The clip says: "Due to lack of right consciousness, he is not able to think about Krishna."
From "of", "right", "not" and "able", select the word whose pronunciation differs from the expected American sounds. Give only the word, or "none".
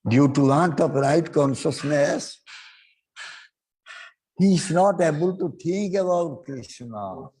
of